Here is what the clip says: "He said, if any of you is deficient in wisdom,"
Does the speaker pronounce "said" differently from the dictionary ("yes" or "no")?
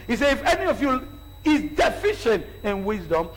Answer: yes